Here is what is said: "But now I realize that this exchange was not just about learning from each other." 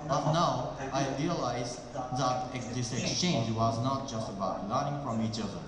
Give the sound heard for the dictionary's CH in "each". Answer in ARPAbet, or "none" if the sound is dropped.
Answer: CH